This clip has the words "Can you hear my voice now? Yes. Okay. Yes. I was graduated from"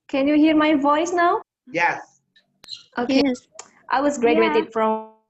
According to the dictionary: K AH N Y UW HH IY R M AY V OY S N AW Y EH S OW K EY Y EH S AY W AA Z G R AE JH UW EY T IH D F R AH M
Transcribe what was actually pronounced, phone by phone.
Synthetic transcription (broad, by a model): K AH N Y UW HH IY R M AY V OY S N AW Y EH S OW K EY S AY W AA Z G R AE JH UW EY T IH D F R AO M